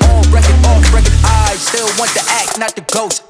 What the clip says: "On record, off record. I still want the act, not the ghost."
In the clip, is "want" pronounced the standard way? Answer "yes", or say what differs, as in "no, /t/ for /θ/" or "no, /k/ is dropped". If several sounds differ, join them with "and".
yes